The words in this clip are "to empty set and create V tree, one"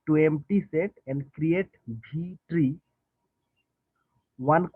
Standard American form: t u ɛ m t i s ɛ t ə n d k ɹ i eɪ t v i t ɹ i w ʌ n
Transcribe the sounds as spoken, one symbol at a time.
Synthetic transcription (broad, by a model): t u ɛ m t i s ɛ t ə n d k ɹ i eɪ t b i t ɹ i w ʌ n